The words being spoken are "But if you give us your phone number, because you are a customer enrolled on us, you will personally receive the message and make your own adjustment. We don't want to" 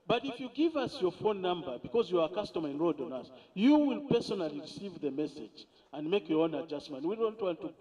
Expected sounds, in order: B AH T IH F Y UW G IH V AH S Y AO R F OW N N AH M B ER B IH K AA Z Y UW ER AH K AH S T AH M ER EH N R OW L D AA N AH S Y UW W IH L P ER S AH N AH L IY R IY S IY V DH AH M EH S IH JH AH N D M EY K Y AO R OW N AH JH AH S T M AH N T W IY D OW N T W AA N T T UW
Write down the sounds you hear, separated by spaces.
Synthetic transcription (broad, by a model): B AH T IH F Y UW G IH V AH S Y AO R F OW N N AH M B ER B IH K AA Z Y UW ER AH K AH S T AH M ER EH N R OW D AA N AH S Y UW W IH L P ER S AH N AH L IY R IY S IY V DH AH M EH S IH JH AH N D M EY K Y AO R OW N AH JH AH S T M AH N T W IY D OW N T W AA N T T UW